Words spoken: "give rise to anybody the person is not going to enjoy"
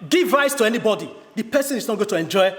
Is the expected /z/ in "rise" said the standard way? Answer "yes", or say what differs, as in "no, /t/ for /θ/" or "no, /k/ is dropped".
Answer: no, /s/ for /z/